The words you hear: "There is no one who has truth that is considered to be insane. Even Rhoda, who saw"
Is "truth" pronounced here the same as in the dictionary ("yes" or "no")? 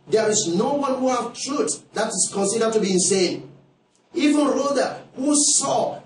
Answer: no